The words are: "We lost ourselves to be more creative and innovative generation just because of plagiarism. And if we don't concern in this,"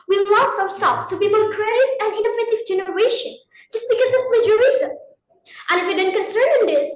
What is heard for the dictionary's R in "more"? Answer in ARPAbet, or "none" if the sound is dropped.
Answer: L